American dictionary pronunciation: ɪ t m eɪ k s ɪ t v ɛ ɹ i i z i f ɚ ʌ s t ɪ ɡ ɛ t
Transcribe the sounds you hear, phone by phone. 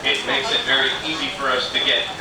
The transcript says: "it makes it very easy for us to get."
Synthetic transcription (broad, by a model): ɪ t m eɪ k s ɪ t v ɛ ɹ i i z i f ɚ ʌ s t ɪ ɡ ɛ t